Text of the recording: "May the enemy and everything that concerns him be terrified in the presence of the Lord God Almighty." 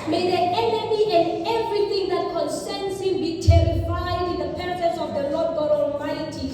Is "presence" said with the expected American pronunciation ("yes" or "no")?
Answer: no